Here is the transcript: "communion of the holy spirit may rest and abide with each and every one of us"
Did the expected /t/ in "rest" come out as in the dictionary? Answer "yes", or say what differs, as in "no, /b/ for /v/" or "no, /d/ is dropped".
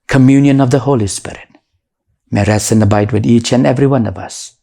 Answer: no, /t/ is dropped